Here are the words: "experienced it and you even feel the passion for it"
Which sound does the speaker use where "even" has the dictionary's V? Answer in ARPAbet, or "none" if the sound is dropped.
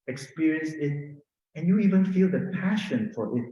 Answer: V